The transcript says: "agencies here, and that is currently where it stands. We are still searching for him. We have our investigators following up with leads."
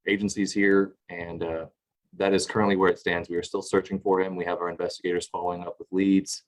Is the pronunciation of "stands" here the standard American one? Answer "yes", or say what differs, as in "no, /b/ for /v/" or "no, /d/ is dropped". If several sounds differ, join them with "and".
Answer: yes